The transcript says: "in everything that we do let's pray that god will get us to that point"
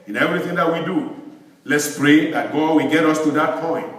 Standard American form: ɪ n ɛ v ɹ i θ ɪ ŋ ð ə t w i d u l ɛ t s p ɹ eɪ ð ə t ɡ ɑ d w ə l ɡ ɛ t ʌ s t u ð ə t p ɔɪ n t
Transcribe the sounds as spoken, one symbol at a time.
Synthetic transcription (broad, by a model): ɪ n ɛ v ɹ i θ ɪ ŋ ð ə t w i d u l ɛ t s p ɹ eɪ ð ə t ɡ ɑ d w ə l ɡ ɛ t ʌ s t u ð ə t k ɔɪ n